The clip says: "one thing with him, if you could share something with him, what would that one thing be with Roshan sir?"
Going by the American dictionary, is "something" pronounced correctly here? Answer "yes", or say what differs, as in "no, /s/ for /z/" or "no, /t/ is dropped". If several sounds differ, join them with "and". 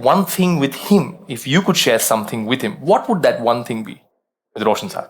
yes